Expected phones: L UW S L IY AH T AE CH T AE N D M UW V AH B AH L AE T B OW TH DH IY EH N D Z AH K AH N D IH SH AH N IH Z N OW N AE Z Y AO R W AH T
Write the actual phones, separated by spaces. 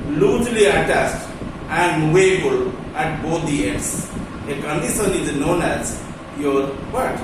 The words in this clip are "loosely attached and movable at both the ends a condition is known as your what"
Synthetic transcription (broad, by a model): L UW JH L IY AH T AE S T AE N D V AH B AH L AE T B OW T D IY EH D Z AH K AH N D IH SH AH N IH Z N OW N AE Z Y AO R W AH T